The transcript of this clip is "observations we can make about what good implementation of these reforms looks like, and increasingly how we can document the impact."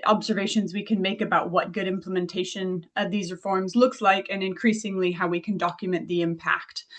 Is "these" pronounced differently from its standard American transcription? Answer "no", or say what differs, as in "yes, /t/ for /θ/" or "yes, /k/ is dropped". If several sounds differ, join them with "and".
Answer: no